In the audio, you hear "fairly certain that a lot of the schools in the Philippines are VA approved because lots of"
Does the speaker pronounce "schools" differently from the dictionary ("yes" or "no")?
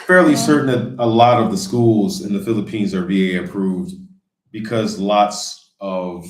no